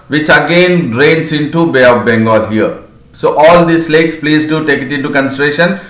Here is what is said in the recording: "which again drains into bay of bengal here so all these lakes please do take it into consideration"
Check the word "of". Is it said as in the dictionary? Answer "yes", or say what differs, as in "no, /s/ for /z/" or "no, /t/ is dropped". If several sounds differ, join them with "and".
no, /p/ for /v/